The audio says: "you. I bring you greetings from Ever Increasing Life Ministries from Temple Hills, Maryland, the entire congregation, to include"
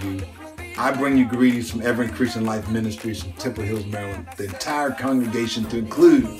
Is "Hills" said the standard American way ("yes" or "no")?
yes